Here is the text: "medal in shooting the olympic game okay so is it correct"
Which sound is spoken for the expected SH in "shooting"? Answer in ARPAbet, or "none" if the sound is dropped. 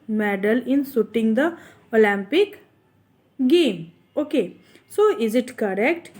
S